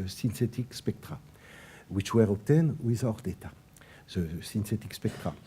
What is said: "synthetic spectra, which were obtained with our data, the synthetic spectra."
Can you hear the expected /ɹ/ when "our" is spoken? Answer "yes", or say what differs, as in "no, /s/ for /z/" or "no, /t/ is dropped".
yes